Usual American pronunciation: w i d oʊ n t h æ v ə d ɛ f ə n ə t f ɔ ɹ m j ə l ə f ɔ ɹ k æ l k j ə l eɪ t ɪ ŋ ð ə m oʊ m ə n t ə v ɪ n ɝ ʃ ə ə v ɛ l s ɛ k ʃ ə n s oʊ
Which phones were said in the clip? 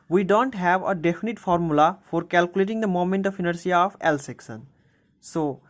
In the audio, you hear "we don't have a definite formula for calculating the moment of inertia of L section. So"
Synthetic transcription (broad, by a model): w i d oʊ n t h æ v ə d ɛ f ə n ə t f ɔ ɹ m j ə l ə f ɔ ɹ k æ l k j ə l eɪ t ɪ ŋ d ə m oʊ m ə n t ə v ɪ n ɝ s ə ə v ɛ l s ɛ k s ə n s oʊ